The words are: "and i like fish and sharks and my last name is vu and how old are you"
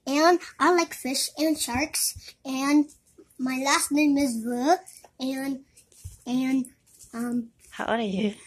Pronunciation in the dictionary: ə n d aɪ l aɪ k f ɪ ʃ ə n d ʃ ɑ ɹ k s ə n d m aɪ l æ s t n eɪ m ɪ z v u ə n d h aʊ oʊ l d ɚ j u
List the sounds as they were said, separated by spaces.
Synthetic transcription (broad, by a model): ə n aɪ l aɪ k f ɪ ʃ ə n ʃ ɑ ɹ k s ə n m aɪ l æ s t n eɪ m ɪ z w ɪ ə n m h aʊ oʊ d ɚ j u